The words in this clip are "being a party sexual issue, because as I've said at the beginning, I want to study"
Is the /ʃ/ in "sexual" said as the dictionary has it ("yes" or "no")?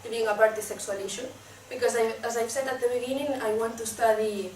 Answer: no